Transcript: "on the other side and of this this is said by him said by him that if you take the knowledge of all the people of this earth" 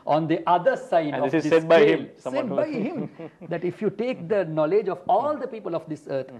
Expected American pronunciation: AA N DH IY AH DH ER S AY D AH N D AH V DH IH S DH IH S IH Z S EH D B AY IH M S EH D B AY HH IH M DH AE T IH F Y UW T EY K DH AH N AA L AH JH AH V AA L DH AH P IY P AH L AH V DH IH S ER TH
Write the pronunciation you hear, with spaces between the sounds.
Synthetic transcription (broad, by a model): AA N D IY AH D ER S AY AH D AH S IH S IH S EH D B AY IH M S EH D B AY HH IH M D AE T IH F Y UW T EY K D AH N AA L AH JH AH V AA L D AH P IY P AH L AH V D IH S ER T